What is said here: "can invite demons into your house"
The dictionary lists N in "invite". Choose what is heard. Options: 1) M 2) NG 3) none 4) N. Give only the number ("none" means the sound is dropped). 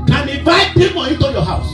3